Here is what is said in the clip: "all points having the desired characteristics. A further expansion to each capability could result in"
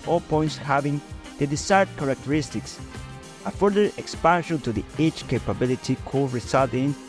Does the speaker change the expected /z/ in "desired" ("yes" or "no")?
yes